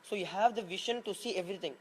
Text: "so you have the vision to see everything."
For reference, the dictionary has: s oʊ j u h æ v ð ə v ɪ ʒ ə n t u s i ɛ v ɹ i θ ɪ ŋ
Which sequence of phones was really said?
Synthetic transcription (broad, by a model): s oʊ j u h æ v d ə v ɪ ʃ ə n t u s i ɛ v ɹ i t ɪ ŋ